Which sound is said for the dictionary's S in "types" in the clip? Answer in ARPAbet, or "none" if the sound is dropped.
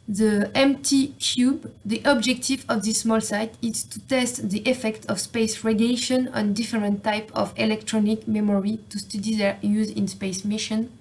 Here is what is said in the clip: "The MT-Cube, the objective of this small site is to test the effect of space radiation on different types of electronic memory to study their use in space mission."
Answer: none